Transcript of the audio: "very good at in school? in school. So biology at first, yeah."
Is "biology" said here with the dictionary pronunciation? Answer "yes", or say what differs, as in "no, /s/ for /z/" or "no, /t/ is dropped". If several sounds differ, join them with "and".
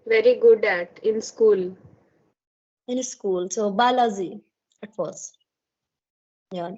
no, /z/ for /dʒ/